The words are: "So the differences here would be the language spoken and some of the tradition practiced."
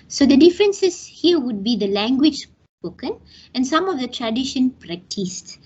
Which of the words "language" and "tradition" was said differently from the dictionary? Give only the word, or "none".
none